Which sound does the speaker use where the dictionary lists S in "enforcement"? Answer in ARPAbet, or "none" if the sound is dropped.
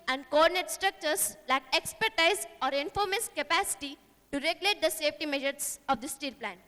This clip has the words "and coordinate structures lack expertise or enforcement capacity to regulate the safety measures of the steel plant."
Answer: none